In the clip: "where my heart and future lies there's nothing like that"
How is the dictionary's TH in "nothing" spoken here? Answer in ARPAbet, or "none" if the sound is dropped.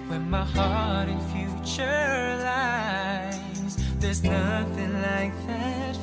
TH